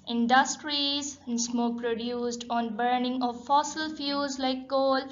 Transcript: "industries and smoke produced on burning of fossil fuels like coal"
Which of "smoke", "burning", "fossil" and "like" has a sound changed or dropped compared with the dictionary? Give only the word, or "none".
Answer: none